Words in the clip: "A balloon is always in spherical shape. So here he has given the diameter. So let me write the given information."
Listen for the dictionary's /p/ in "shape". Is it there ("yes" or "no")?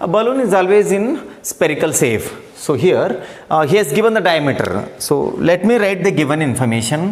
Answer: no